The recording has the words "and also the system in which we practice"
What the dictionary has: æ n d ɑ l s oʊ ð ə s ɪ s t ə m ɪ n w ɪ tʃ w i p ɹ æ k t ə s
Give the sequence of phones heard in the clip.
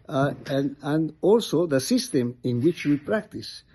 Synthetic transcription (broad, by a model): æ n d ɑ l s oʊ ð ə s ɪ s t ə m ɪ n w ɪ tʃ w i p ɹ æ k t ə s